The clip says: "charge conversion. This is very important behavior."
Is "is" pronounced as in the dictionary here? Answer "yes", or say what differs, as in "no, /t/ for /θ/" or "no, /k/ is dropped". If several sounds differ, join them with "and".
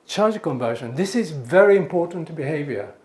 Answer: yes